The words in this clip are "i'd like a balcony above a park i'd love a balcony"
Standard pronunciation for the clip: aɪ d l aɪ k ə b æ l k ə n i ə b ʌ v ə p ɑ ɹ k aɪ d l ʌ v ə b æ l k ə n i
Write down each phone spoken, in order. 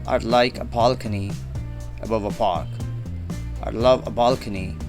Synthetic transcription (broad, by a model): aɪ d l aɪ k ə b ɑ l k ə n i ə b ʌ v ə p ɑ ɹ k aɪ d l ʌ v ə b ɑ l k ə n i